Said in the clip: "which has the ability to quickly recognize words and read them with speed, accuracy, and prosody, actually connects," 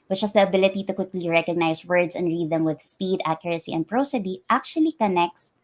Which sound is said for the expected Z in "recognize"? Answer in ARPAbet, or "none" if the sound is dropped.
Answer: S